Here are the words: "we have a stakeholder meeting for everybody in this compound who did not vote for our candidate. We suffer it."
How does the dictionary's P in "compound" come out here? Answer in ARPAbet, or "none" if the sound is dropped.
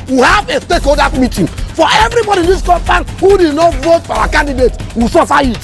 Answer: F